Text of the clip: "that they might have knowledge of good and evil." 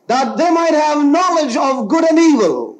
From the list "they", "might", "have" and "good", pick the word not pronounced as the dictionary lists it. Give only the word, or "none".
none